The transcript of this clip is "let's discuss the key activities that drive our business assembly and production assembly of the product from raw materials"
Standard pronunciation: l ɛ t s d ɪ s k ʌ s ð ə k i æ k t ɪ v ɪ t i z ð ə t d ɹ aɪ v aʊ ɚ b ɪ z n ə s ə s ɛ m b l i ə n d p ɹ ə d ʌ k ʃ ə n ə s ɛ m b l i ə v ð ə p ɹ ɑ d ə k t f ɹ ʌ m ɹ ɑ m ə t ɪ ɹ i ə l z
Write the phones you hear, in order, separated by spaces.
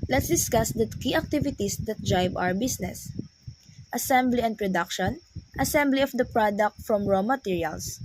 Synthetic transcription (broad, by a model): l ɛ t s d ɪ s k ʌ s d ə k i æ k t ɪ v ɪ t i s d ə t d ɹ aɪ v aʊ ɚ b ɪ s n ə s ə s ɛ m b l i ə n d p ɹ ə d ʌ k ʃ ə n ə s ɛ m b l i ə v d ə p ɹ ɑ d ə k t f ɹ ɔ m ɹ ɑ m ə t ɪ ɹ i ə l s